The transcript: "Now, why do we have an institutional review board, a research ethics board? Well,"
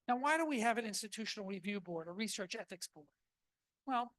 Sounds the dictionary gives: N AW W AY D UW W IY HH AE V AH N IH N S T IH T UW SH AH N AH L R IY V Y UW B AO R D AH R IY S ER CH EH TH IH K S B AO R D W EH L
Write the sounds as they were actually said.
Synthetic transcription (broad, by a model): N AW W AY D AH W IY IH V AH N IH N S T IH T UW SH N L R IY V Y UW B AO R D AH R IY S ER CH EH TH IH K S B AO R D W EH L